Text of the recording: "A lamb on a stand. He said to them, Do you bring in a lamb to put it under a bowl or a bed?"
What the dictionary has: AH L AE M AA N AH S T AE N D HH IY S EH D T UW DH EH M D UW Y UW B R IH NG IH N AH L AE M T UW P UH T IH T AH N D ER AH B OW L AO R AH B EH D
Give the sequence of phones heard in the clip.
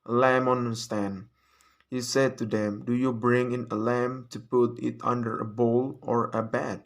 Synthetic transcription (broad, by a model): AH L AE M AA N AH S T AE N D HH IY S EH D T UW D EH M D UW Y UW B R IH NG IH N AH L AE M T UW P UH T IH T AH N D ER AH B OW L AO R AH B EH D